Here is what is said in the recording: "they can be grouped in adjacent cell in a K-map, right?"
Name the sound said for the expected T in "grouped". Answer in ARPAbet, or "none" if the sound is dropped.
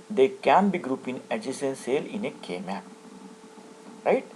none